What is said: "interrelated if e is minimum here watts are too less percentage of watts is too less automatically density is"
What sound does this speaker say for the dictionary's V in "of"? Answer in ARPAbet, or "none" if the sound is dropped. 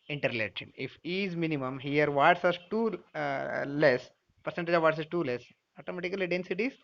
V